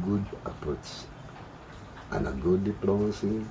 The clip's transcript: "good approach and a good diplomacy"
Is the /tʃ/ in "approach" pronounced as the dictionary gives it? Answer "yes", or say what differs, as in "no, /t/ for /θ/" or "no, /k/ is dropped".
no, /s/ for /tʃ/